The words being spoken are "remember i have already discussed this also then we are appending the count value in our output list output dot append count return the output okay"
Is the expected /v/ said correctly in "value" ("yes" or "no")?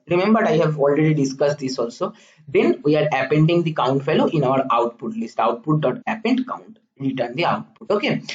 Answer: no